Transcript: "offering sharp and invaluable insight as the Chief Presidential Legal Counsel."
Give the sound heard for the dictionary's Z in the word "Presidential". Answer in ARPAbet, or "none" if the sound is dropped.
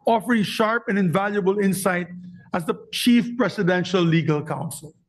S